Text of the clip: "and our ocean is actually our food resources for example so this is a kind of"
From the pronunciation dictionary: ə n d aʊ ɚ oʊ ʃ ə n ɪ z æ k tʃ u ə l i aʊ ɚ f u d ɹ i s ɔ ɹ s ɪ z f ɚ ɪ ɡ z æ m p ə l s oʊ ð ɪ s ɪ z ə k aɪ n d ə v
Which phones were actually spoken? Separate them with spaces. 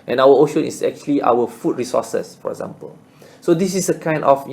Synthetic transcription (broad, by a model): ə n aʊ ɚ oʊ ʃ ə n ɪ s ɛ k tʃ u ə l i aʊ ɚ f u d ɹ i s ɔ s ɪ s f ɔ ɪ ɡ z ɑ m p ə l s oʊ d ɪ s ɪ s ə k aɪ n d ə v